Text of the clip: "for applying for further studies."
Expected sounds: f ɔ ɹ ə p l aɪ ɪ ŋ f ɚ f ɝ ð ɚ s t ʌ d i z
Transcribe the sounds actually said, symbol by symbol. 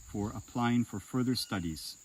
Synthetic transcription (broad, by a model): f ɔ ɹ ə p l aɪ ɪ ŋ f ɚ f ɝ ð ɚ s t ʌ d i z